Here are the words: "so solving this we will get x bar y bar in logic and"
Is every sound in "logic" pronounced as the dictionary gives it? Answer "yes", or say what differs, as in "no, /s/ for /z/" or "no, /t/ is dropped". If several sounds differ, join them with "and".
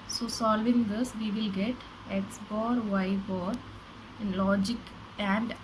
yes